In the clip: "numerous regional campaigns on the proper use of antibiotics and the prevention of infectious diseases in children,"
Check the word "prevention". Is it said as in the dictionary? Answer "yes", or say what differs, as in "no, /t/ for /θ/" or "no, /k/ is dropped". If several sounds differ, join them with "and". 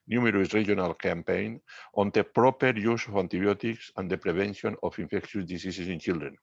no, /b/ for /v/